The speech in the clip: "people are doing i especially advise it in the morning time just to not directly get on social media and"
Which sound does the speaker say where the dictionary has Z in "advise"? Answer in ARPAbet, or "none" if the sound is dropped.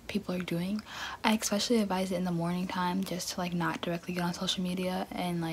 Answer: Z